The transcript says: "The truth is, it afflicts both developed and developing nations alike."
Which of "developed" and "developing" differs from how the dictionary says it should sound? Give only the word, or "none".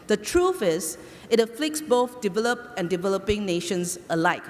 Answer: developed